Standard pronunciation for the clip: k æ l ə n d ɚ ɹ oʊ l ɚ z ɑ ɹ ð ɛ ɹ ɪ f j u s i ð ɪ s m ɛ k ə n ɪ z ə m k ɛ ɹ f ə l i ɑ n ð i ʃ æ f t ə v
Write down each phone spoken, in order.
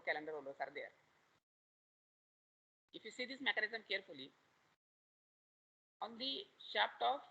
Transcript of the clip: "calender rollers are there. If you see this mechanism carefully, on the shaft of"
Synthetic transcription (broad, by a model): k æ l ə n d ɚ ɹ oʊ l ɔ s ɑ ɹ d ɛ ɹ ɪ f j u s i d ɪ s m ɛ k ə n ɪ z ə m k ɛ ɹ f ə l i ɑ n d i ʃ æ p t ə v